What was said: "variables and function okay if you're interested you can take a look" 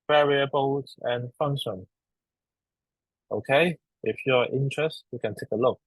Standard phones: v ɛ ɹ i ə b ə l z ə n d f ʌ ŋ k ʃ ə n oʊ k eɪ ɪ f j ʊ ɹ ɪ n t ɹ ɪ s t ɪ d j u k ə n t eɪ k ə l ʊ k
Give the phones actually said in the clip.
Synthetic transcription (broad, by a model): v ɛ ɹ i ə b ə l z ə n f ʌ ŋ k ʃ ə n oʊ k eɪ ɪ f j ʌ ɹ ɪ n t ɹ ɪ s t j u k ə n t eɪ k ə l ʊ k